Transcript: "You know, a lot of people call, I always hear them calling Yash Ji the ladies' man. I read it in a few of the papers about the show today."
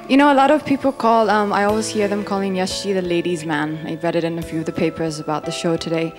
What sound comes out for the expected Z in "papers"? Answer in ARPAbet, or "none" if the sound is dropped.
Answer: Z